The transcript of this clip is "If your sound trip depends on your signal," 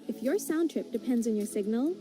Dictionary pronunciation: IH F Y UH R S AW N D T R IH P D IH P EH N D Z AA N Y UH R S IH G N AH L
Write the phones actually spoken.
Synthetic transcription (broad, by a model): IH F Y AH R S AW N T R IH P D IH P EH N D Z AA N Y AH R S IH G N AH L